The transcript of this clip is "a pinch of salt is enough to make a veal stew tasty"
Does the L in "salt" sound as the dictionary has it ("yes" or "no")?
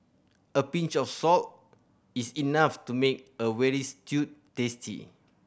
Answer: yes